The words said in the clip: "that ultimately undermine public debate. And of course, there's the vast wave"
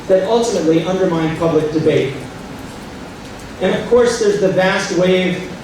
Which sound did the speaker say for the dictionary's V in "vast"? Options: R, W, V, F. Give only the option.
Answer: V